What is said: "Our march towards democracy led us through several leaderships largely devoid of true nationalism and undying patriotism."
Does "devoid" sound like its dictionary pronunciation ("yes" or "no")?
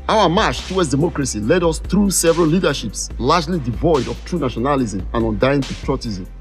yes